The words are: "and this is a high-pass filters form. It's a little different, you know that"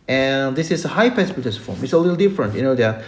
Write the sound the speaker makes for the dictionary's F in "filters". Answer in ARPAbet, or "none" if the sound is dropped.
P